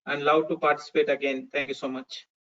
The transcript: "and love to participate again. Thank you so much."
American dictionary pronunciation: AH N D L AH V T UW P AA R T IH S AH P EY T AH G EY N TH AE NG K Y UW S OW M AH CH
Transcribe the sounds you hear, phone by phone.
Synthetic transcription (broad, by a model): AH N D L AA W T UW P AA R T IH S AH P EY T AH G EY N T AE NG K Y UW S OW M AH CH